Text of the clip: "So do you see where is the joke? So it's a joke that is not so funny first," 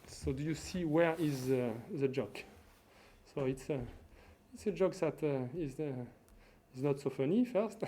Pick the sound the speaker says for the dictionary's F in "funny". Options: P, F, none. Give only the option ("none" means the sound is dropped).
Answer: F